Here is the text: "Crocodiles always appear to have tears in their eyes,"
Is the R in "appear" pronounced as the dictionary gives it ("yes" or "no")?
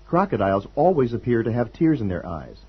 yes